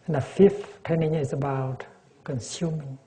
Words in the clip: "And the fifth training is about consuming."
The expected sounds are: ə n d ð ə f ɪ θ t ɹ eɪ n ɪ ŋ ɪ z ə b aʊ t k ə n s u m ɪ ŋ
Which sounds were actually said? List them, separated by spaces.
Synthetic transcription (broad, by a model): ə n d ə f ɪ f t eɪ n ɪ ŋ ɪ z ə b aʊ t k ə n s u m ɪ ŋ